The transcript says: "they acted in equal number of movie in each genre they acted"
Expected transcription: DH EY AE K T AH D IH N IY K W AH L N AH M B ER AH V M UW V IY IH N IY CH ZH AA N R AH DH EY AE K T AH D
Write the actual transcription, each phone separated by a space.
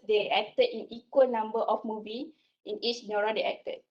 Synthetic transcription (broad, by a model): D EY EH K T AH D IH N IY K W AH L N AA M B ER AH F M UW V IY IH N IY CH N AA R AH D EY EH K T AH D